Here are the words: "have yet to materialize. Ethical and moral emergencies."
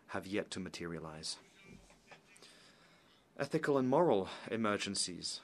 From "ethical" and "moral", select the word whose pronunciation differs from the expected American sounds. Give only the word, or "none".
none